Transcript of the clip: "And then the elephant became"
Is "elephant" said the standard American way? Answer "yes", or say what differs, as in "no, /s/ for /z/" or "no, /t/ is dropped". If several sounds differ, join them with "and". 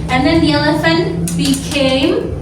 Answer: yes